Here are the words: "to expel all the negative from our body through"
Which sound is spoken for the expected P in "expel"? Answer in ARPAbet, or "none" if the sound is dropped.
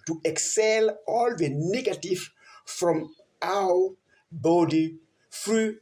none